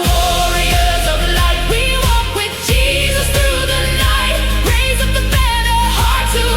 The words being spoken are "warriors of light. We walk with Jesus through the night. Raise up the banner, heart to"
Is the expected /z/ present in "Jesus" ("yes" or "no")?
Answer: yes